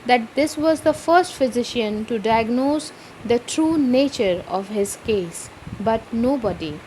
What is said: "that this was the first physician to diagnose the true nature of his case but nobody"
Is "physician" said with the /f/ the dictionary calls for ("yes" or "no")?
yes